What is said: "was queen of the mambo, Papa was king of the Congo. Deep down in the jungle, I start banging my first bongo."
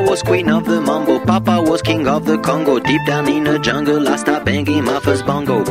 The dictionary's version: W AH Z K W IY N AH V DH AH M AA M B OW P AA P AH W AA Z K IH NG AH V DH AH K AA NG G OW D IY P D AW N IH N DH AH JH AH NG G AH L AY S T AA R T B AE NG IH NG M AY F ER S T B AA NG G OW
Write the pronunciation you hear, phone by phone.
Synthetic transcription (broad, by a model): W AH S K W IY N AH V DH AH M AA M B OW P AA P AH W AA S K IH NG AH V DH AH K AA NG G OW D IY P D AW N IH N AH JH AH NG G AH L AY S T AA B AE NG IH M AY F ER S B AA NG G OW